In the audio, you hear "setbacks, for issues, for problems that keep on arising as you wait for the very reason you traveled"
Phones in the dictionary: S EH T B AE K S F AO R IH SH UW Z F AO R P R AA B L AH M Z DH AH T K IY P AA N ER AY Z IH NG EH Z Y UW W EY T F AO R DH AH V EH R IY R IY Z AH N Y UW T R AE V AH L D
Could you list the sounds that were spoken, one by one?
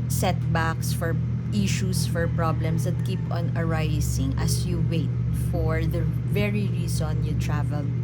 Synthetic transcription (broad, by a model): S EH T B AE K S F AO R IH SH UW S F AO R P R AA B L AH M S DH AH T K IY P AA N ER AY S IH NG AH S Y UW W EY T F AO R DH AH V EH R IY R IY S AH N Y UW T R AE V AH L